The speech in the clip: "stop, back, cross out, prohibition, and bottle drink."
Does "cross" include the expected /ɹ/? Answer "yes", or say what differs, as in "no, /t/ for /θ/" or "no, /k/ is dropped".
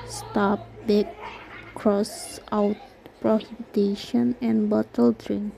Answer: yes